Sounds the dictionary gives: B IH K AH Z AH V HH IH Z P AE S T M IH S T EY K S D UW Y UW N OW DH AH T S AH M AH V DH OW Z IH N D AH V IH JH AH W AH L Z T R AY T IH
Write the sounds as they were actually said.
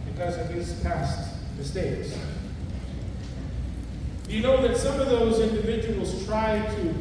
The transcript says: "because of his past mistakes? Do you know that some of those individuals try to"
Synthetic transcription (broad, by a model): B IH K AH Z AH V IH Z P AE S T M IH S T EY K S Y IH N OW DH AH T S AH M AH V DH OW Z IH N D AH V IH JH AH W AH L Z T R AY T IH